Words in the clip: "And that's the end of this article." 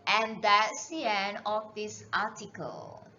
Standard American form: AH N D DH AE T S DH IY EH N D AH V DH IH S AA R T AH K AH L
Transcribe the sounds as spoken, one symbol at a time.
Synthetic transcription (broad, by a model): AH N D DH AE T S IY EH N AH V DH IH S AA T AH K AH L